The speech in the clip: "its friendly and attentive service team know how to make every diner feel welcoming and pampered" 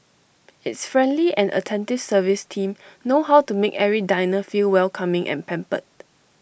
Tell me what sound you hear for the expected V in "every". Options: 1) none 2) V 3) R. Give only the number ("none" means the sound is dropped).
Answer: 1